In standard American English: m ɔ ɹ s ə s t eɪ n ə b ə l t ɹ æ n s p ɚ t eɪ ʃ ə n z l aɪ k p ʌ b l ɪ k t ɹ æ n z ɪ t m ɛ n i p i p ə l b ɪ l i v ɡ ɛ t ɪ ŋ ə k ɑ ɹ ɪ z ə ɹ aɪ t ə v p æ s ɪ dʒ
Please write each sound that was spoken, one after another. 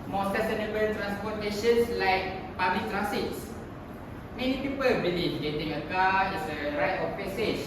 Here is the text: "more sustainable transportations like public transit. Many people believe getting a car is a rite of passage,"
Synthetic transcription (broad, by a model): m ɔ s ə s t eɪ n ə b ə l t ɹ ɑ n s p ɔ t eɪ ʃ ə n s l aɪ k p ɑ b l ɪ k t ɹ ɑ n s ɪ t m ɛ n i p i p ə l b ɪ l i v ɡ ɛ t ɪ ŋ ə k ɑ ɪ s ə ɹ aɪ t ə f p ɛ s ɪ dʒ